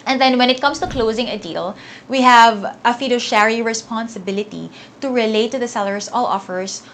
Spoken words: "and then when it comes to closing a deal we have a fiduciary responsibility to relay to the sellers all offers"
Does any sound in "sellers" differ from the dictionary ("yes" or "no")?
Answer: yes